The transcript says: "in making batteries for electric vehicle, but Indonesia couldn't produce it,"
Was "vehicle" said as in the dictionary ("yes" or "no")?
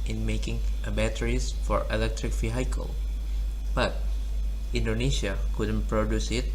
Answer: no